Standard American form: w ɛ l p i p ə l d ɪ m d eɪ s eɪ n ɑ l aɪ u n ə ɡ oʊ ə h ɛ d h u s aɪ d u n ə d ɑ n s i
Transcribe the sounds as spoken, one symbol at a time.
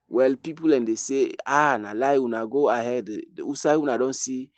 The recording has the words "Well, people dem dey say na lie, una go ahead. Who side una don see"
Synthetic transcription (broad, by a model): w ɛ l p i p ə l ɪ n d eɪ s eɪ n ɑ l aɪ u n ə ɡ oʊ ə h ɛ d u s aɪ u n ə d ɑ n s i